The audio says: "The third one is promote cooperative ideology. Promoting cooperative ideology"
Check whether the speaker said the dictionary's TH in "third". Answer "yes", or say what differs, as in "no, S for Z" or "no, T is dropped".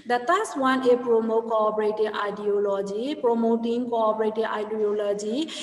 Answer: no, T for TH